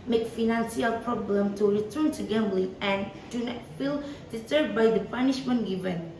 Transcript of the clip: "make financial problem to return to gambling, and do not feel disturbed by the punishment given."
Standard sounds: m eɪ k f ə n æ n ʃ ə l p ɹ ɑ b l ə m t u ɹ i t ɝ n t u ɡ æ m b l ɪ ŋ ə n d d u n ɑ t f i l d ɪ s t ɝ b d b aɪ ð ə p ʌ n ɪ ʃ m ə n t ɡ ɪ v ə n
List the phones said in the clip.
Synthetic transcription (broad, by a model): m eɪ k f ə n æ n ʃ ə l p ɹ ɑ b l ə m t u ɹ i t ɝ n t u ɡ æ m b l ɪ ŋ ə n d d u n ɑ t f i l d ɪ t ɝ d b aɪ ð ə p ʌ n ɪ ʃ m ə n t ɡ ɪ v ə n